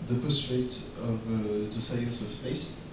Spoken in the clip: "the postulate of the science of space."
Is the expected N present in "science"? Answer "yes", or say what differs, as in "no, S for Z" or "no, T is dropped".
no, N is dropped